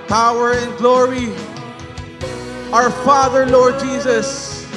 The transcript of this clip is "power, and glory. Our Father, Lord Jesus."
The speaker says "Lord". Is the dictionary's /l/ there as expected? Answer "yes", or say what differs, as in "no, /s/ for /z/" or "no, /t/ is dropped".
yes